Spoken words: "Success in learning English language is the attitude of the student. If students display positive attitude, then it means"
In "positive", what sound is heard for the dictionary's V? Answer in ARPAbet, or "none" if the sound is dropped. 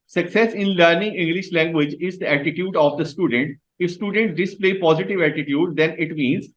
V